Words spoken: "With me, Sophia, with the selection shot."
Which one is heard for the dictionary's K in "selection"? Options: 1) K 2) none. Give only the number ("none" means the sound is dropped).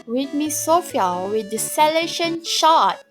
2